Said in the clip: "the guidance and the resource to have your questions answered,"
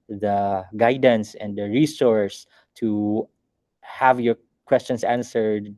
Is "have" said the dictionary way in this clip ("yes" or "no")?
yes